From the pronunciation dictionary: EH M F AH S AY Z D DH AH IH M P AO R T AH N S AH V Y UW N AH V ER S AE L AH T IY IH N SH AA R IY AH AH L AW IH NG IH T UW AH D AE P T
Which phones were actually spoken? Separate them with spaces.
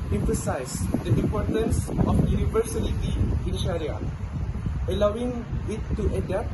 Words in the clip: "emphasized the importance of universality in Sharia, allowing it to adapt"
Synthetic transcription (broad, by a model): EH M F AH S AY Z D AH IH P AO R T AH N S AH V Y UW N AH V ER S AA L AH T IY IH N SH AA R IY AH AH L AW IH NG IH T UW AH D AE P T